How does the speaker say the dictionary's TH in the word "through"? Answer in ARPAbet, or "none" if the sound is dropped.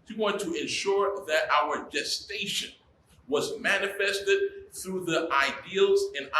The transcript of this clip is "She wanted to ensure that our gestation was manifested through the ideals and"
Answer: TH